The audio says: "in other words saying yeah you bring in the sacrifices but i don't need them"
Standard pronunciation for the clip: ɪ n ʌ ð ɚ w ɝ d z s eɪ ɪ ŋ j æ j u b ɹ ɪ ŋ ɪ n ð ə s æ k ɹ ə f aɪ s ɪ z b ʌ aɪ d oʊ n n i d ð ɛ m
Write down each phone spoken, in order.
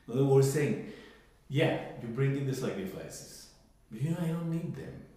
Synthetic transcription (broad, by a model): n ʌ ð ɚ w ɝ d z s eɪ ɪ ŋ j æ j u b ɹ ɪ ŋ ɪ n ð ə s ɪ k ə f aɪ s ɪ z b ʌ aɪ d oʊ n n i d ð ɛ m